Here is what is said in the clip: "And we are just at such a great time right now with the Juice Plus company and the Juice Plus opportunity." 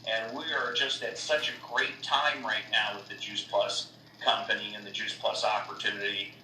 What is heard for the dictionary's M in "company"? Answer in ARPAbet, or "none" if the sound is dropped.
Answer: M